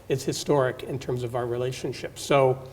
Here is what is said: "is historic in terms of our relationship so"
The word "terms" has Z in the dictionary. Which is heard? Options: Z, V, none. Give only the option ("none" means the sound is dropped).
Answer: Z